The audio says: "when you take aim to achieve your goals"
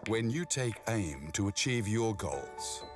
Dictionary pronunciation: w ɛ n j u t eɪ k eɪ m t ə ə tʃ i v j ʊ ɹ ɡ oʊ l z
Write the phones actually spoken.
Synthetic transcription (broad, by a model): w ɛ n j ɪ t eɪ k eɪ m t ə ə tʃ i v j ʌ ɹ ɡ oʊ l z